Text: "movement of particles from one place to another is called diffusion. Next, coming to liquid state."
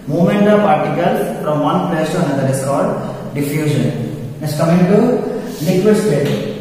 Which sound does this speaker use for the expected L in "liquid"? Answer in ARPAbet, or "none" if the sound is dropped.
N